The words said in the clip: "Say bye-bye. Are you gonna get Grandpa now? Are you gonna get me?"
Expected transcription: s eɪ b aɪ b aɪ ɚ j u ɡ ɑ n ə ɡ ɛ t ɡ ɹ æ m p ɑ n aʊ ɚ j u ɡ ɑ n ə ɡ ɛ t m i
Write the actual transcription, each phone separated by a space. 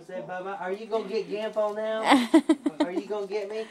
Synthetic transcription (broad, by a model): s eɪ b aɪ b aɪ ɚ j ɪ ɡ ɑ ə ɡ ɛ t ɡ æ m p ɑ n aʊ ɚ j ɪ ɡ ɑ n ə ɡ ɛ t m i